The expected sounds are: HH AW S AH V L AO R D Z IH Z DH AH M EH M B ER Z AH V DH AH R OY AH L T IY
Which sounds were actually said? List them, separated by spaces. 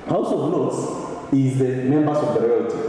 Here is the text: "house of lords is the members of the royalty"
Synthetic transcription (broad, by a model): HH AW S AH V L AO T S IH Z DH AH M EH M B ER S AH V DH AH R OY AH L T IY